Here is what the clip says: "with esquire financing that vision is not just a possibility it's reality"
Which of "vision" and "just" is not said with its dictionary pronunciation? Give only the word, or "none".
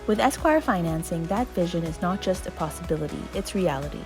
none